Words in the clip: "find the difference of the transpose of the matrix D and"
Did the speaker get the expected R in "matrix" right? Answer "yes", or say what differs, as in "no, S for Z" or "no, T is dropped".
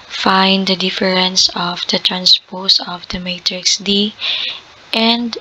yes